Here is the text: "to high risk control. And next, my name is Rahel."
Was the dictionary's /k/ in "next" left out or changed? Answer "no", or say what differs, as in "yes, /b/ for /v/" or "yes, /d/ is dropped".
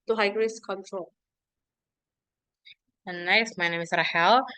yes, /k/ is dropped